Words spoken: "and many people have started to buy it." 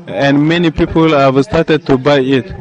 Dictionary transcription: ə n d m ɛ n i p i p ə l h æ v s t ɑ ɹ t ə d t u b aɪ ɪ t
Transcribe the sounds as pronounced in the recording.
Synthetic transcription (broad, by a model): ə n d m ɛ n i p i p ə l h æ v s t ɑ ɹ t ə d t u b aɪ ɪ t